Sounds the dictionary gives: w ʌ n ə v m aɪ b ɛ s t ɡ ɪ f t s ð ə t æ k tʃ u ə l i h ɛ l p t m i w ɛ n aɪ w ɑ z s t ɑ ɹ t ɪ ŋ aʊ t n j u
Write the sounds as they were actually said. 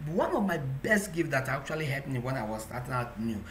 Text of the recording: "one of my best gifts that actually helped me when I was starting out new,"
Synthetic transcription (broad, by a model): w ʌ n ə v m aɪ b ɛ s t ɡ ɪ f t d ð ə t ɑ k tʃ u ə l i h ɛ p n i w ɛ n aɪ w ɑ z s t ɑ t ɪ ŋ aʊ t n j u